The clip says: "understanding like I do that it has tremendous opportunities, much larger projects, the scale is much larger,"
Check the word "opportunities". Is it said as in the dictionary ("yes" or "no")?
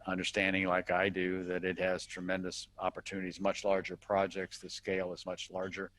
yes